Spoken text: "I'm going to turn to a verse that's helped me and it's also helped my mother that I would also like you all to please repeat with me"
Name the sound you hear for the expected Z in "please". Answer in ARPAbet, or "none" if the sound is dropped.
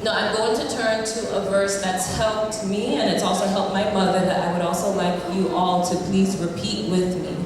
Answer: Z